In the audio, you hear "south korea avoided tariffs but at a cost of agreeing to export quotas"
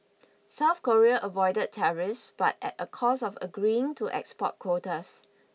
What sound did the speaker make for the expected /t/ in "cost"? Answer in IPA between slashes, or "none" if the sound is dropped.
none